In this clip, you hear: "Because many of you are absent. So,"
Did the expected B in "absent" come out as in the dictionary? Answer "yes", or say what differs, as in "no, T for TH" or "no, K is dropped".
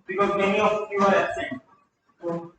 no, B is dropped